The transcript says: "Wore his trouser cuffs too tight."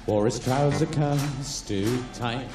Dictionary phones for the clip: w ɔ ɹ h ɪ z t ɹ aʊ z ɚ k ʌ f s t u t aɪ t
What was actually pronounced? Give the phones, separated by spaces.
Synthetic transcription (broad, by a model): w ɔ ɹ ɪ s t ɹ aʊ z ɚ k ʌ s t u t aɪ